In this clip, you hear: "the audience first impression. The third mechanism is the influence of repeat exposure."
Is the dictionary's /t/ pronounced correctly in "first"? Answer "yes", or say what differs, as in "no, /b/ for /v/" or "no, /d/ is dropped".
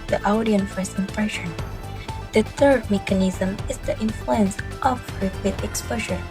no, /t/ is dropped